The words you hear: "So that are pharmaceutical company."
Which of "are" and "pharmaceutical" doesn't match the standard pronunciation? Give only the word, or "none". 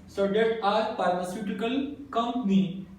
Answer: pharmaceutical